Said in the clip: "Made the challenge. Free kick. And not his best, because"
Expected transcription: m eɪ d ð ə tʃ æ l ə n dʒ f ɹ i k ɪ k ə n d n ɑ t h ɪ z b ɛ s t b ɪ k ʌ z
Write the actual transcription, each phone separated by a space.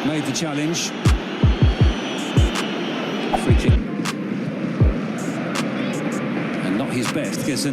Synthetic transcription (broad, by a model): m eɪ d ð ə tʃ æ l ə n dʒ f ɹ i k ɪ ə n n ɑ t h ɪ z b ɛ s t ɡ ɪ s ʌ